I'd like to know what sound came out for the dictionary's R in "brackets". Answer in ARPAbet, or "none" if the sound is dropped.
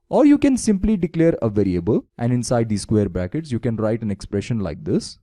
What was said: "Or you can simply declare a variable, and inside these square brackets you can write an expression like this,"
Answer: none